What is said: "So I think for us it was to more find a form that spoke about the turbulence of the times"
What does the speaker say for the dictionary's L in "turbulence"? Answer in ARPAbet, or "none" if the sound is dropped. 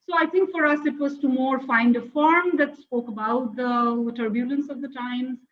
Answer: L